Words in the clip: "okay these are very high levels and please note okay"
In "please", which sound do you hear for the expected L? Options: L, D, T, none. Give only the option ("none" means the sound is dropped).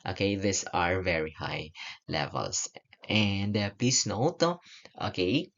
none